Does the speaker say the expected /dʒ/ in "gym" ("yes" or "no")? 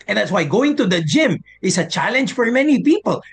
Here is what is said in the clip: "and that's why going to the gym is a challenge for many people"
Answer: yes